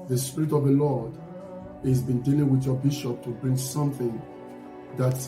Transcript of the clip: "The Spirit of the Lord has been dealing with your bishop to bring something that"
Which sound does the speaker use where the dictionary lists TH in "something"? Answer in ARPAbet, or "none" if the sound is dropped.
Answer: TH